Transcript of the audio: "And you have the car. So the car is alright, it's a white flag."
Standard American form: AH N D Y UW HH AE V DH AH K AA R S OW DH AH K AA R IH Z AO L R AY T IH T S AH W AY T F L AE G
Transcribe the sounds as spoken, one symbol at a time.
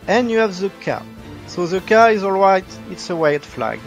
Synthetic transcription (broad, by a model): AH N Y UW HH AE V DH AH K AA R S OW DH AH K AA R IH Z AO L R AY T IH T S AH W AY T F L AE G